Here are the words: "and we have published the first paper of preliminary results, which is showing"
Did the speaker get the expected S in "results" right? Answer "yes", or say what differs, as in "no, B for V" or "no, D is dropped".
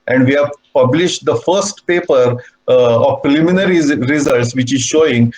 yes